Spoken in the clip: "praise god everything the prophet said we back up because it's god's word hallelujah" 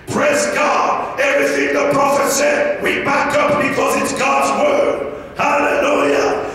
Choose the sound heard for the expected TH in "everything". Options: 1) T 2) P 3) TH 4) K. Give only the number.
3